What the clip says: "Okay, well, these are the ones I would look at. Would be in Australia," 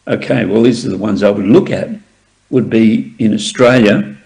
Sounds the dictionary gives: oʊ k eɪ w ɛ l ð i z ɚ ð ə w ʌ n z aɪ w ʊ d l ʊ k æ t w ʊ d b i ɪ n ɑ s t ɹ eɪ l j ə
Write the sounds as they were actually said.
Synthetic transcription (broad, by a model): oʊ k eɪ w ɛ l ð i z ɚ ð ə w ʌ n z aɪ w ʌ d l ʊ k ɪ t w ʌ d b i ɪ n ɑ s t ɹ eɪ l j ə